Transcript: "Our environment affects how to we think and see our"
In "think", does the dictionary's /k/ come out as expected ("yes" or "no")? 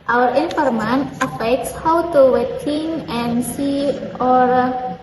no